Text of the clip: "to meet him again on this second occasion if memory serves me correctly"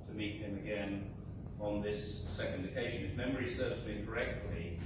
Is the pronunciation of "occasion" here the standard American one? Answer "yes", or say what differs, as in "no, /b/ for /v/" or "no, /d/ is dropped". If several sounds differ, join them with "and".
yes